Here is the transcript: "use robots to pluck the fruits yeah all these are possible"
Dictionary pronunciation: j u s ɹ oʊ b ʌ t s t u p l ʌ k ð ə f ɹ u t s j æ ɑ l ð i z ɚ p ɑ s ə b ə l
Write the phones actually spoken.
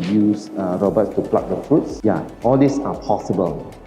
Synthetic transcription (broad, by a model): j u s ɹ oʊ b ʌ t s t u p l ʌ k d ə f ɹ u t s j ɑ ɑ l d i s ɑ p ɑ s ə b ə l